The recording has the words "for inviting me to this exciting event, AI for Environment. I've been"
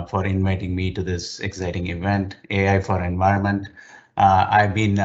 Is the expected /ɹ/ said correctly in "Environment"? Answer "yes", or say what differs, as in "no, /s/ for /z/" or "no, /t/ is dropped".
yes